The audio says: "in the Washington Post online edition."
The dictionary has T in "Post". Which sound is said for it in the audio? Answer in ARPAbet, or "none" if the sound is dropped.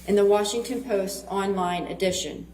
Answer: T